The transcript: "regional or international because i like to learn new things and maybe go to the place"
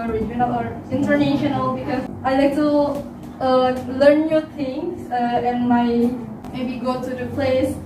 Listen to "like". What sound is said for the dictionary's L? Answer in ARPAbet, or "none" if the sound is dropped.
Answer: L